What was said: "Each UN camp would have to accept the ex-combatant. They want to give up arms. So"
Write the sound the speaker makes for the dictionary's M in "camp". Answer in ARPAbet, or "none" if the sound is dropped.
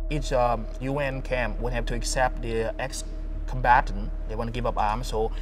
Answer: M